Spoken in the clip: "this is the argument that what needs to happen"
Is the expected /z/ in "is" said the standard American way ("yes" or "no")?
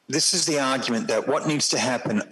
yes